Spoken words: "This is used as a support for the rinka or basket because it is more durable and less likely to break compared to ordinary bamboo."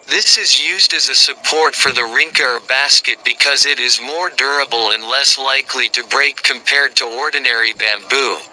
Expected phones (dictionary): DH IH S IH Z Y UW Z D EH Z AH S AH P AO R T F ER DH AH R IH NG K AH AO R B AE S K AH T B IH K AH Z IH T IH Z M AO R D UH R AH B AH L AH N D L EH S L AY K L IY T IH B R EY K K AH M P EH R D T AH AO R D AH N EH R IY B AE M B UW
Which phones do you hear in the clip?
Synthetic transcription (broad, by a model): DH IH S IH Z Y UW Z D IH Z AH S AH P AO R T F ER DH AH R IH NG K AH R B AE S K AH T B IH K AH Z IH T IH Z M AO R D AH R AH B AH L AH N L EH S L AY K L IY T IH B R EY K K AH M P EH R D T AH AO R D N EH R IY B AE M B UW